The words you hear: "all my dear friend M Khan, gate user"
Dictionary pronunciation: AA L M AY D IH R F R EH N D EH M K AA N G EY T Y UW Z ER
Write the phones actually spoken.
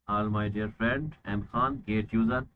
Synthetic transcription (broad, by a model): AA L M AY D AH R F R EH N D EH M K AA N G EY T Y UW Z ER